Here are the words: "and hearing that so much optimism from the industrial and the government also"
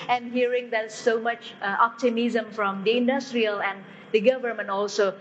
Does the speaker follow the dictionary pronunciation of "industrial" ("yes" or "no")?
yes